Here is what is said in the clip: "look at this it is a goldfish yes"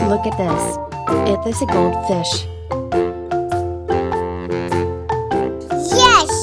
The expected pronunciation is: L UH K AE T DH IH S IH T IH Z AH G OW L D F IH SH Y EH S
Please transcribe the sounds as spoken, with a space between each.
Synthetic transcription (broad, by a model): L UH K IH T DH IH S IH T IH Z AH G OW L D F IH SH Y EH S